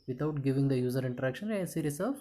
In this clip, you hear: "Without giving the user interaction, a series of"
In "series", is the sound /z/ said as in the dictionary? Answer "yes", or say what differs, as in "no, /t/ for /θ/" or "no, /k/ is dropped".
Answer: no, /s/ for /z/